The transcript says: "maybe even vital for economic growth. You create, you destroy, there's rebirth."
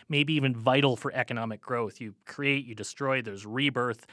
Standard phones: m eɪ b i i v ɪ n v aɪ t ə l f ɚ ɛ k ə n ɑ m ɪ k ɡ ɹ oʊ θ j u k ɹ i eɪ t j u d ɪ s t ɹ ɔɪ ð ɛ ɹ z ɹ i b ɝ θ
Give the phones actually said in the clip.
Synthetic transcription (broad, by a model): m eɪ b i i v ɪ n v aɪ t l f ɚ ɛ k ə n ɑ m ɪ k ɡ ɹ oʊ θ j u k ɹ i eɪ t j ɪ d ɪ s t ɹ ɔɪ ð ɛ ɹ z ɹ i b ɝ θ